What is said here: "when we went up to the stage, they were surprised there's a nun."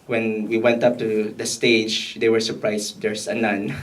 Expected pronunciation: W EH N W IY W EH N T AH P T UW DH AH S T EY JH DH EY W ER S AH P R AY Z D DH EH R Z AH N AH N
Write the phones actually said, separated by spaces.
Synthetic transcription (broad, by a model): W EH N W IY W EH N T AH P T UW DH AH S T EY JH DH EY W ER S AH P R AY S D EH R S AH N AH N